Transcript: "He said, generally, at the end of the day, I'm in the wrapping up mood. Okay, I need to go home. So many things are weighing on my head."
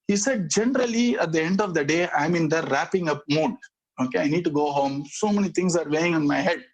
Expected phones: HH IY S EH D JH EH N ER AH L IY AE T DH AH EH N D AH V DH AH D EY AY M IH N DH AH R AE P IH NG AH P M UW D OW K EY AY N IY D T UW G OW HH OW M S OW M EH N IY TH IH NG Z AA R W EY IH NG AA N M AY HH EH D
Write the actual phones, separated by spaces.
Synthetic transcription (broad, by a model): HH IY S EH D JH EH N ER AH L IY AE T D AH EH N D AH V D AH D EY AY M IH N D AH R AE P IH NG AH P M UW D OW K EY AY N IY D T UW G OW HH OW M S OW M EH N IY T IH NG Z AA R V EY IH NG AA N M AY HH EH D